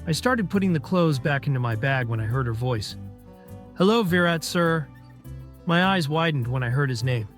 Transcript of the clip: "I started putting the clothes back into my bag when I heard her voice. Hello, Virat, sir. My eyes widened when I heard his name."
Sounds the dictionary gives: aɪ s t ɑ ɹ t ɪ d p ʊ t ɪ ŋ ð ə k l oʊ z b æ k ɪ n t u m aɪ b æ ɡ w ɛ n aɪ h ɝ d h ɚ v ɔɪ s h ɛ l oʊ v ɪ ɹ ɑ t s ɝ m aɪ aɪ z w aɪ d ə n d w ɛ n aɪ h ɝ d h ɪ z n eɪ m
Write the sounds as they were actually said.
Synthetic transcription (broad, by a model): aɪ s t ɑ ɹ t ɪ d p ʊ t ɪ ŋ ð ə k l oʊ z b æ k ɪ n t u m aɪ b æ ɡ w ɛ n aɪ h ɝ d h ɚ v ɔɪ s h ɛ l oʊ v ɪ ɹ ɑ t s ɝ m aɪ aɪ z w aɪ d n d w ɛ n aɪ h ɝ d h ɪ z n eɪ m